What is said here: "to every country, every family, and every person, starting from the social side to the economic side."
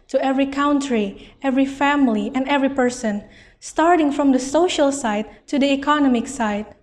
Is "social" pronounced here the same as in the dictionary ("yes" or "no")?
yes